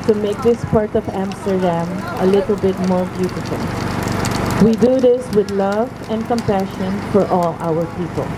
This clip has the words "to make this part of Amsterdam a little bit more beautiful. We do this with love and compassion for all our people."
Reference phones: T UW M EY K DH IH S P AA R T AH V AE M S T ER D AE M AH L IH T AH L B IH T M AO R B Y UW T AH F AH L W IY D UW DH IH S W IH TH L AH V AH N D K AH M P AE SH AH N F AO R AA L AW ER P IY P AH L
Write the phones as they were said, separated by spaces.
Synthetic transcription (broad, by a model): T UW M EY K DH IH S P AA R T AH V AE M S T ER D AE M AH L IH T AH L B IH T M AO R B Y UW T AH F AH L W IY D UW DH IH S W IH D L AH V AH N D K AH M P AE SH AH N F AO R AA L AW ER P IY P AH L